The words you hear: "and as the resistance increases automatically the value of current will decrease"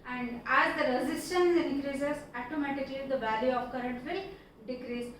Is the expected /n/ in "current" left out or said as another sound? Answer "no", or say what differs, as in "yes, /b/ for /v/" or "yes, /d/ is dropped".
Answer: no